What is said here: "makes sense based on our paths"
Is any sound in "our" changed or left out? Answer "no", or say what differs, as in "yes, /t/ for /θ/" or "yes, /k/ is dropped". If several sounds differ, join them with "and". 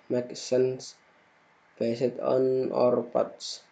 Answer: no